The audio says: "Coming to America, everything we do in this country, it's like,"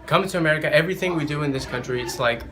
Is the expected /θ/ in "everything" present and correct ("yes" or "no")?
yes